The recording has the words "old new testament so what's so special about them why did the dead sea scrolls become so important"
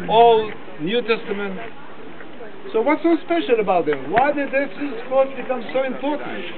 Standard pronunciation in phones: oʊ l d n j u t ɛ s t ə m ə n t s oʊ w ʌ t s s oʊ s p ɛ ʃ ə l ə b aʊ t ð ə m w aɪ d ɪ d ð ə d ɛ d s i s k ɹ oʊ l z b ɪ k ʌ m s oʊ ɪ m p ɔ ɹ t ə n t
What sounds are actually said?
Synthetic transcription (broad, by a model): oʊ l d n j u t ɛ s t ə m ə n t s oʊ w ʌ t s s oʊ s p ɛ ʃ ə l ə b aʊ t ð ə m w aɪ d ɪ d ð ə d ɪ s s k oʊ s b ɪ k ʌ m s oʊ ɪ m p ɔ ɹ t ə n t